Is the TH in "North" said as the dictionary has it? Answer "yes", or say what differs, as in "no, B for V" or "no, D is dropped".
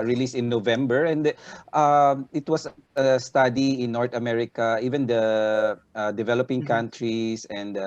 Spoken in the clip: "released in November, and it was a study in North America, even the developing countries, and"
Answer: no, T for TH